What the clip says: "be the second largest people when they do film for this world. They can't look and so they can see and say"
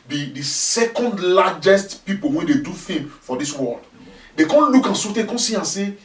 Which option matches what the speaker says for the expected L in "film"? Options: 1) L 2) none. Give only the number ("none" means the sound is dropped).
2